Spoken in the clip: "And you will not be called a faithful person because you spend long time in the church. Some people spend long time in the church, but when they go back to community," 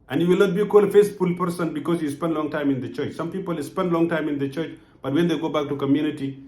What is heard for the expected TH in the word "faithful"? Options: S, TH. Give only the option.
S